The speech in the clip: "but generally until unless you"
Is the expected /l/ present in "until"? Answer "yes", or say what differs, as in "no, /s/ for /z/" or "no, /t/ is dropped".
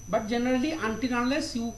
no, /n/ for /l/